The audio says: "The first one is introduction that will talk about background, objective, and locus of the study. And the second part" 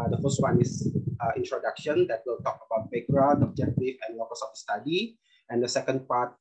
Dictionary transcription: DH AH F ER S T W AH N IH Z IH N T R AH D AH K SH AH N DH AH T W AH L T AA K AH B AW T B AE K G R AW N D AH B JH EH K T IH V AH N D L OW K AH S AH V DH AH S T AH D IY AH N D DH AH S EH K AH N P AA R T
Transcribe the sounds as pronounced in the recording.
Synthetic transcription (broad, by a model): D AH F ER S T W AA N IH S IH N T R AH D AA K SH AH N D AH T W AH L T AA K AH B AW T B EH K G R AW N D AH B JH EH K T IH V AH N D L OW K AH S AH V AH S T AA D IY AH N D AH S EH K AH N P AA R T